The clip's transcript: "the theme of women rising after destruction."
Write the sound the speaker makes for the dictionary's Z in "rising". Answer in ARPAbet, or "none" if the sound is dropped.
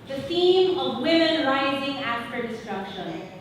Z